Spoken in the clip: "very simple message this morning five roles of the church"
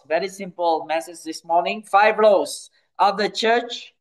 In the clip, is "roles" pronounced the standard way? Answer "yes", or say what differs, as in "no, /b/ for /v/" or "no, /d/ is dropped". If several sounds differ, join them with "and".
no, /l/ is dropped